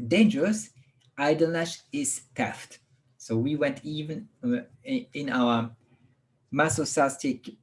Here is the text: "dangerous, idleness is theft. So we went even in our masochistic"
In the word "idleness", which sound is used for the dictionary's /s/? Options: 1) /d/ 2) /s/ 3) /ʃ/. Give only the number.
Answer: 3